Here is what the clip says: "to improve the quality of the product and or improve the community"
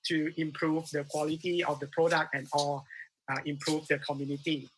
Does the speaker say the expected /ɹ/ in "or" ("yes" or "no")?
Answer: no